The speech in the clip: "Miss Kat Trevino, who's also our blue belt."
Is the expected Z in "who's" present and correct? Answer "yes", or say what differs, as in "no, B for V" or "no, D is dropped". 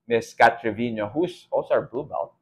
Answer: no, S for Z